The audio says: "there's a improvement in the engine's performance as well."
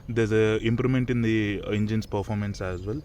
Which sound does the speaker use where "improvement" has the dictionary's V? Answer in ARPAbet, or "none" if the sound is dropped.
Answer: none